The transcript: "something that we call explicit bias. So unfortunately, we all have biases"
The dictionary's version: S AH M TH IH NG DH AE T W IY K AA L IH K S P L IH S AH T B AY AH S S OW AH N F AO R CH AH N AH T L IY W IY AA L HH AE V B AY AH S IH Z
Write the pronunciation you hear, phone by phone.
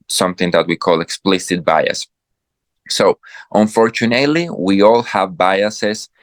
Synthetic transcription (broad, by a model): S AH M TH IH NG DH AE T W IY K AA L IH K S P L IH S AH T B AY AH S S OW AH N F AO R CH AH N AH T L IY W IY AA L HH AE V B AY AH S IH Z